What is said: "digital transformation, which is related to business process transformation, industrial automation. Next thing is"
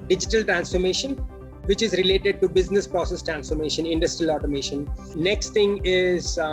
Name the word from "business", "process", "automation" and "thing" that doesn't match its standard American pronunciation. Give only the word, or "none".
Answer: thing